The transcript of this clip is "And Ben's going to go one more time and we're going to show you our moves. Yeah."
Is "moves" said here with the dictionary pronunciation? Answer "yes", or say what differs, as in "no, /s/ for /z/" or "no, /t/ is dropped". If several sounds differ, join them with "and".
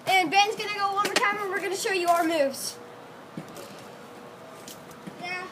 yes